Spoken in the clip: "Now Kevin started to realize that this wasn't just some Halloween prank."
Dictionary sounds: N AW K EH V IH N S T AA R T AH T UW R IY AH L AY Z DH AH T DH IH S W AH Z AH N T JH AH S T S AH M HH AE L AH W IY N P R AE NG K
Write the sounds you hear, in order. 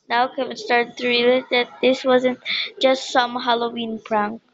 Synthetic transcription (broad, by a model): N AW K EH W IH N S T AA R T T UW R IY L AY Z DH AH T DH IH S W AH Z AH N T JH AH S T S AH M HH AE L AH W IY N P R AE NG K